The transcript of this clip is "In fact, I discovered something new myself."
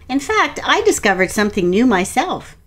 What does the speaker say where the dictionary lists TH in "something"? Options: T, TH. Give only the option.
TH